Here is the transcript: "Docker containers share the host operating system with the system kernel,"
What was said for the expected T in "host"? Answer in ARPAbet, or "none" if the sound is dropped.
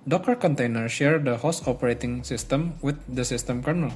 none